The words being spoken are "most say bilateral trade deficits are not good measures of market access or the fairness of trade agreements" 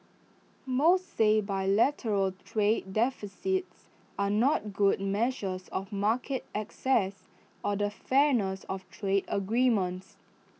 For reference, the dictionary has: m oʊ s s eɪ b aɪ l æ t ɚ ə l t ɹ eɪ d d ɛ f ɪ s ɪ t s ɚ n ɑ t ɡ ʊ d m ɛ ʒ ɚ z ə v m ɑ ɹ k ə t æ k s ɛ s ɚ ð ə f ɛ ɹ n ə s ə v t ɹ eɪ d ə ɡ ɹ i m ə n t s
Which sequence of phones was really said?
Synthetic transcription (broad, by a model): m oʊ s s eɪ b aɪ l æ t ɚ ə l t ɹ eɪ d d ɛ f ɪ s ɪ t s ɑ n ɑ t ɡ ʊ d m ɛ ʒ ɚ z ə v m ɑ k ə t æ k s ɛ s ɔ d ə f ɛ n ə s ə f t ɹ eɪ d ə ɡ ɹ i m ə n t s